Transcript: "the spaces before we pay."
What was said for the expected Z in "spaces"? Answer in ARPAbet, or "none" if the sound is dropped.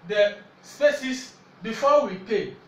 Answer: S